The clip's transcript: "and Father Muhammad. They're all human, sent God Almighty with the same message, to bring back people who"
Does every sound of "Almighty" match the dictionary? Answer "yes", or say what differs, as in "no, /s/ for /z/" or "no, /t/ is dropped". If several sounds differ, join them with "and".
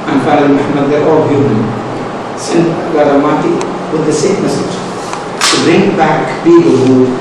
no, /l/ is dropped